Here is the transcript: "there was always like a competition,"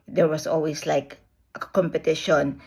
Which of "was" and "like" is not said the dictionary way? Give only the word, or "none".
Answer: was